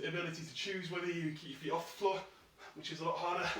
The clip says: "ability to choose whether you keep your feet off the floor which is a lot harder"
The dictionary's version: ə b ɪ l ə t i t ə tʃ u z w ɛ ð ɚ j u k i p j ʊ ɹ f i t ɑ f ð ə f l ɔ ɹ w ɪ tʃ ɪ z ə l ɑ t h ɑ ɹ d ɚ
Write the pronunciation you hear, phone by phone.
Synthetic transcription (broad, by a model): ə b ɪ l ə t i t ə tʃ u z w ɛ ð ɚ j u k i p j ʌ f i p ɑ f ð ə f l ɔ w ɪ tʃ ɪ z ə l ɑ t h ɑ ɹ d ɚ